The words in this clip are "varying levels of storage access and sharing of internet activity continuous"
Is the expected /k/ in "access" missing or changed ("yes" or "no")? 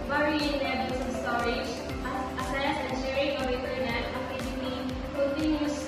yes